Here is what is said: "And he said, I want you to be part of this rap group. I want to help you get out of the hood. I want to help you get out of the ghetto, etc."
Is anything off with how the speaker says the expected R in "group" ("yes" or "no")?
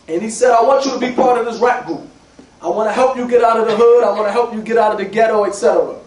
yes